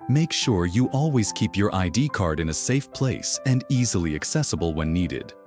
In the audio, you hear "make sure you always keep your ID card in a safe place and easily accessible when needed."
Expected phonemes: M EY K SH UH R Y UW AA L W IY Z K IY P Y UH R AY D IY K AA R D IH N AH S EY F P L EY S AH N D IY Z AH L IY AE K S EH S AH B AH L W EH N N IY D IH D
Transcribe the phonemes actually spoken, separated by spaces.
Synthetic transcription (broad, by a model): M EY K SH UH R Y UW AA L W IY Z K IY P Y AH R AY D IY K AA R D IH N AH S EY F P L EY S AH N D IY Z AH L IY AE K S EH S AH B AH L W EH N N IY D IH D